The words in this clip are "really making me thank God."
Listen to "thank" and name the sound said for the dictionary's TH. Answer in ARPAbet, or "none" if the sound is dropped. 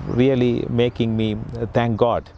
T